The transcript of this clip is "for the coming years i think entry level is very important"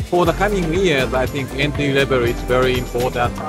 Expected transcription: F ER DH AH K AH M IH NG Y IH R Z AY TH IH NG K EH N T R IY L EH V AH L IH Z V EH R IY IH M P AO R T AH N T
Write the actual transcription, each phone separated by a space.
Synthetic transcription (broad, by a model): F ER DH AH K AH M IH NG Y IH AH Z AY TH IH NG K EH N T IY L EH B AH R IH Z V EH R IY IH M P AO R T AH N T